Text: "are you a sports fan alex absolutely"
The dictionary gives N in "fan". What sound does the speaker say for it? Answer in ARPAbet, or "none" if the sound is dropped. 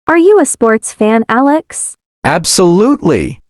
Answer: N